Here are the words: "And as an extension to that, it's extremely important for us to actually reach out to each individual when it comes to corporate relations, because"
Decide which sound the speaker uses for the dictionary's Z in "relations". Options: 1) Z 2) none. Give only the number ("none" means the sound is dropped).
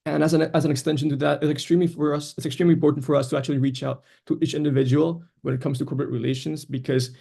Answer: 1